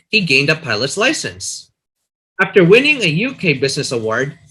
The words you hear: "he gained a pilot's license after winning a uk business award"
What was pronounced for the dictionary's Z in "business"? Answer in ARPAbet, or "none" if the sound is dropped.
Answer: Z